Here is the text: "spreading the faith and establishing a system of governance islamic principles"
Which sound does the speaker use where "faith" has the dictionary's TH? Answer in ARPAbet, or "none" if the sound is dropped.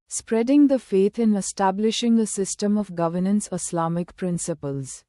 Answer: T